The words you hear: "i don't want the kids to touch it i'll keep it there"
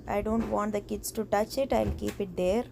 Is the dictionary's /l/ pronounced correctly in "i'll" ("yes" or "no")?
yes